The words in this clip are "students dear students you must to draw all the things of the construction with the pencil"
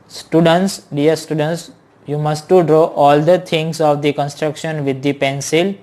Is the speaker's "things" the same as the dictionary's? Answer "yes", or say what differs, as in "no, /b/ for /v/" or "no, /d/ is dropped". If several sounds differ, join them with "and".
no, /t/ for /θ/